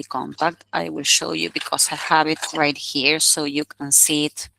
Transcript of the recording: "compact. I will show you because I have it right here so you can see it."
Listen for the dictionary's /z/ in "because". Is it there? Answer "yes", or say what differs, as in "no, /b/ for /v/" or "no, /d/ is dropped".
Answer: no, /s/ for /z/